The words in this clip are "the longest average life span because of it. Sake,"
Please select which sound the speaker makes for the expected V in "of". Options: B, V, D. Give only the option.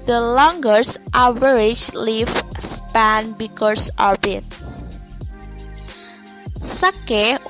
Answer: B